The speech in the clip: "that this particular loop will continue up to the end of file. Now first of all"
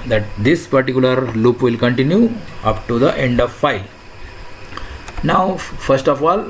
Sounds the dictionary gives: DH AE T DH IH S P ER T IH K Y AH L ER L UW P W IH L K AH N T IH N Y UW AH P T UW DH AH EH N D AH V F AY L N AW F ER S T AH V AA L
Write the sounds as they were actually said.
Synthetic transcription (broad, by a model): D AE T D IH S P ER T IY K Y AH L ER L UW P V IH L K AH N T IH N Y UW AH P T UW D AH EH N D AH V F AY L N AW F ER S T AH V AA L